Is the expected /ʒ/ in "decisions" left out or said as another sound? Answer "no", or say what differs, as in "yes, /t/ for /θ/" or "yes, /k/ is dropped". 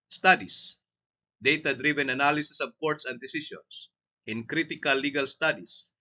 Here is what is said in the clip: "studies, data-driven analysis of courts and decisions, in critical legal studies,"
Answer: yes, /s/ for /ʒ/